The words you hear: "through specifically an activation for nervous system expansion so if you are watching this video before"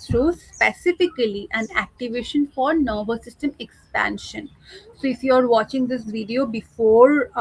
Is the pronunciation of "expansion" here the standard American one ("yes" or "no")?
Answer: yes